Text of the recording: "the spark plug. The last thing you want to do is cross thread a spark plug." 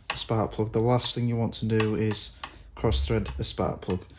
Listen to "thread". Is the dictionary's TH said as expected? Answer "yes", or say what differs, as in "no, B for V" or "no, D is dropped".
yes